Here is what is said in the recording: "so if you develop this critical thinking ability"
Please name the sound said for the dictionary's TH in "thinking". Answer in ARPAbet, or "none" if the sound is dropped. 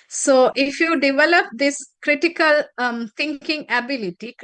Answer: T